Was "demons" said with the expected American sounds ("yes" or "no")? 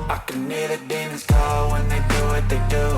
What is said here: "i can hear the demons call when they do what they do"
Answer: no